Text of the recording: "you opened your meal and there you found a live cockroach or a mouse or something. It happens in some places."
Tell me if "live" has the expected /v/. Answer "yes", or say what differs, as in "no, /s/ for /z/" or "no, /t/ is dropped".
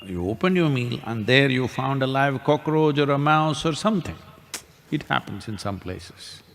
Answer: yes